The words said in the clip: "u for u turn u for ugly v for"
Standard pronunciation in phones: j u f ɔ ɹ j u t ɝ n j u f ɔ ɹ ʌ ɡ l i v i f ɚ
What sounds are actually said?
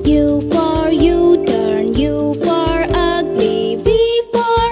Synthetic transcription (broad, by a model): j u f ɔ ɹ j u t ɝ n j u f ɔ ɹ ʌ ɡ l i b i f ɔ